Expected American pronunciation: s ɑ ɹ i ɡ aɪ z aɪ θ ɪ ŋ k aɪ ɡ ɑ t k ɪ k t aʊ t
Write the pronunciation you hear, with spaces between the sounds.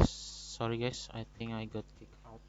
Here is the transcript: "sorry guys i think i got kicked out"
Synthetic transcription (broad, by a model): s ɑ ɹ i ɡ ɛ s aɪ t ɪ ŋ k aɪ ɡ ɑ t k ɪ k aʊ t